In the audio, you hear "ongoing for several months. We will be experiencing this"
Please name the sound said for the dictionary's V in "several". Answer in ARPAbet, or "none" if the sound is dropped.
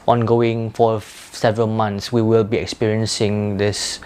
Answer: V